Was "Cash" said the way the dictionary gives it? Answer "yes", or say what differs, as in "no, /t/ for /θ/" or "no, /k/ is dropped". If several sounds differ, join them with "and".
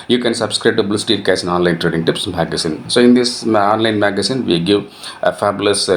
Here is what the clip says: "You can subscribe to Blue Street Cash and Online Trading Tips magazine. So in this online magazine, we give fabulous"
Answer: no, /s/ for /ʃ/